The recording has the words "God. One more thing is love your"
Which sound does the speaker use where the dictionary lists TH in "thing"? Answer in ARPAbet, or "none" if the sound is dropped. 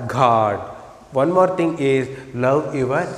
T